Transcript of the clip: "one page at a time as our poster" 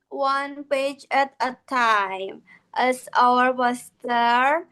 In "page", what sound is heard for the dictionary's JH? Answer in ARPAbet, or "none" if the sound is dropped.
JH